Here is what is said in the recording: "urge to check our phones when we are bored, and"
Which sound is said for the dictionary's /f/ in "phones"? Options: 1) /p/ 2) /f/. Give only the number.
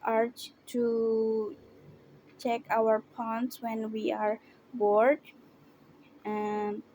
1